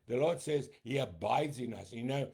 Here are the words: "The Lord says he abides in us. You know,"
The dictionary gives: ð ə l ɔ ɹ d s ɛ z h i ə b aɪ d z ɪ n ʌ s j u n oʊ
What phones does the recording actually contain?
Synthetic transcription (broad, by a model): ð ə l ɔ ɹ d s ɛ z h i ə b aɪ d z ɪ n ʌ s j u n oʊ